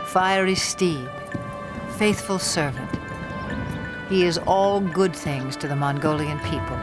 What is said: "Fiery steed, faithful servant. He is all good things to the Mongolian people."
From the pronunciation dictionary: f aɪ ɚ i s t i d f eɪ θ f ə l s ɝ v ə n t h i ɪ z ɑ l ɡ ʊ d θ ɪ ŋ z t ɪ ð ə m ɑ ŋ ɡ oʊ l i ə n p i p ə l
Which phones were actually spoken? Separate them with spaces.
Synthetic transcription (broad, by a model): f aɪ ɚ i s t i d f eɪ θ f ə l s ɝ v ə n t h i ɪ z ɑ l ɡ ʊ d θ ɪ ŋ z t ɪ ð ə m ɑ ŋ ɡ oʊ l i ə n p i p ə l